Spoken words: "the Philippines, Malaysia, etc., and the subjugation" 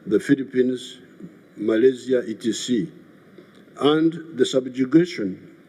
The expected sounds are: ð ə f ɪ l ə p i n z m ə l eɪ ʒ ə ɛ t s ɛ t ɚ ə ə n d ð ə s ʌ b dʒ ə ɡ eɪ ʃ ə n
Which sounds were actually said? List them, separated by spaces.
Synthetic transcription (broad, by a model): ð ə f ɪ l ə p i n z m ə l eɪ z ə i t i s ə ə n d ð ə s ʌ b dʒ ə ɡ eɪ ʃ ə n